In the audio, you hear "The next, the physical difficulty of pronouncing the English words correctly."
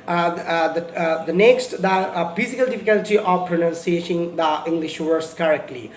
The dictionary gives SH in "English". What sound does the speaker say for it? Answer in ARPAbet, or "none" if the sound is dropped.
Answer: SH